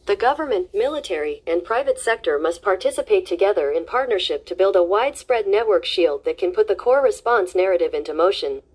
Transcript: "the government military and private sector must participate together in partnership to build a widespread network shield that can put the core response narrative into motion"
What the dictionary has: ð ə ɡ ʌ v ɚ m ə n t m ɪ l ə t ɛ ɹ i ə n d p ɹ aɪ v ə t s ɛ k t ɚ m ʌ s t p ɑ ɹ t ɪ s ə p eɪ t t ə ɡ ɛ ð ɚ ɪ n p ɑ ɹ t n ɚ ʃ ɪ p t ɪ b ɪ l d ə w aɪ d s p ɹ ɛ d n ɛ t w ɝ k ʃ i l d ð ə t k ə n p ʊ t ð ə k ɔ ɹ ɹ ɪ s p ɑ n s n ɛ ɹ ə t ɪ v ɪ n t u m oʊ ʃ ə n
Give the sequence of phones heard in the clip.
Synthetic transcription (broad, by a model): ð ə ɡ ʌ v ɚ m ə n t m ɪ l ə t ɛ ɹ i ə n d p ɹ aɪ v ə t s ɛ k t ɚ m ʌ s t p ɑ ɹ t ɪ s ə p eɪ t t ə ɡ ɛ ð ɚ ɪ n p ɑ ɹ t n ɚ ʃ ɪ p t ɪ b ɪ l d ə w aɪ d s p ɹ ɛ d n ɛ t w ɝ k ʃ i l d ð ə t k ə n p ʊ t ð ə k ɔ ɹ ɹ ɪ s p ɑ n s n ɛ ɹ ə t ɪ v ɪ n t u m oʊ ʃ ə n